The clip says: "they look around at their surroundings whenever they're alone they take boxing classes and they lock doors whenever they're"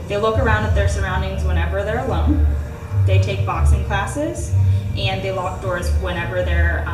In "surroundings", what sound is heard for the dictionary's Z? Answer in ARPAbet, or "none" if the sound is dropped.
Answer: Z